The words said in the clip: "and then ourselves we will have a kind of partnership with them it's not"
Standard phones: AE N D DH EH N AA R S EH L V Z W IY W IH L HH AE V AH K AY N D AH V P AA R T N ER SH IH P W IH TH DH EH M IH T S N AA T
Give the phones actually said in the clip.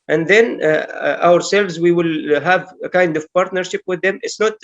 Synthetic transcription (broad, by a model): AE N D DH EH N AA R S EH L V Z W IY W IH L HH AE V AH K AY N D AH V P AA R T N ER SH IH P W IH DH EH M IH T S N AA T